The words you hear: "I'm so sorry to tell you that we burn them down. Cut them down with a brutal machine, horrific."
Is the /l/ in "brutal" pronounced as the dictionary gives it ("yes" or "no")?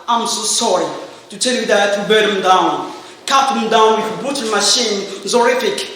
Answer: no